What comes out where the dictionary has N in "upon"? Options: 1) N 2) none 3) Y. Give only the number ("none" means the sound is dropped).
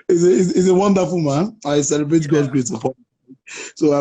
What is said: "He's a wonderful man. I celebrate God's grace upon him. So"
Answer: 2